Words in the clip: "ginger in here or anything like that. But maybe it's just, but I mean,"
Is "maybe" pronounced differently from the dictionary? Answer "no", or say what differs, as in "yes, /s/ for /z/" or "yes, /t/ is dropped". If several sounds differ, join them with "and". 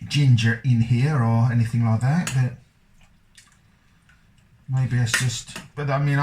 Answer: no